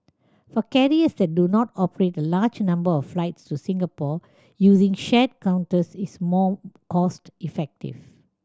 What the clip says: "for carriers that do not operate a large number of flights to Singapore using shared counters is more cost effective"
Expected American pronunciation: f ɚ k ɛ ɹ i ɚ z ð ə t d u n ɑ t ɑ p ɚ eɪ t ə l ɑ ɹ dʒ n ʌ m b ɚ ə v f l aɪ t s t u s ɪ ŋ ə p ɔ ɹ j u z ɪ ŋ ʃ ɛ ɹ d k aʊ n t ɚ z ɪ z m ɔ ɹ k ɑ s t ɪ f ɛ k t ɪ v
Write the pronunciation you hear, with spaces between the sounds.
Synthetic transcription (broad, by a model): f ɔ k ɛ ɹ i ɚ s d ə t d u n ɑ t ɑ p ɚ eɪ t ə l ɑ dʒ n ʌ m b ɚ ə f f l aɪ t s t u s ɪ ŋ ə p ɔ j u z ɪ ŋ ʃ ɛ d k aʊ n t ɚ s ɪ s m ɔ k ɑ s t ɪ f ɛ k t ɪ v